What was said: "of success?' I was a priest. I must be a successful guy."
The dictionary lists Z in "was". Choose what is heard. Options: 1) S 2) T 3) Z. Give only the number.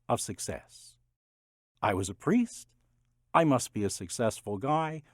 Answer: 3